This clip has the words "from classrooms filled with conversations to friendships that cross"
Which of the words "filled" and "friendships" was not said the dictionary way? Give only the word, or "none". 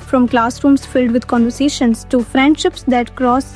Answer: none